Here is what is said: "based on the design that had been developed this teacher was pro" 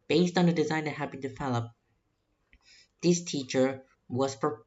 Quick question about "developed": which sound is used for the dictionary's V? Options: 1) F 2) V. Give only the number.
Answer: 1